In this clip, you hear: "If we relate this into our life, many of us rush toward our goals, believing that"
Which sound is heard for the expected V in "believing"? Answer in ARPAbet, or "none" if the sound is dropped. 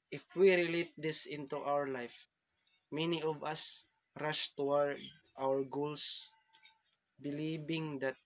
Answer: B